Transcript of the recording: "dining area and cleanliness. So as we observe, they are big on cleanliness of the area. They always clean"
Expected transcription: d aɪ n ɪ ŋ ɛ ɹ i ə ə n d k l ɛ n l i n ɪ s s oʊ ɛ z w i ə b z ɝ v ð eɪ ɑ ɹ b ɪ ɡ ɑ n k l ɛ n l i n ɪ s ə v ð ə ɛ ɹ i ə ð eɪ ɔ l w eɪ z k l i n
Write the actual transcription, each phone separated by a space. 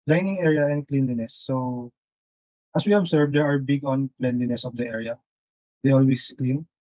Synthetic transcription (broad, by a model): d aɪ n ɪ ŋ ɛ ɹ i ə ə n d k l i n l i n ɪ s s oʊ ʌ s w i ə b s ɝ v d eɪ ɑ ɹ b ɪ ɡ ɑ n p l ɛ n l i n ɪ s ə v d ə ɛ ɹ i ə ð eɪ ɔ l w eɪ s k l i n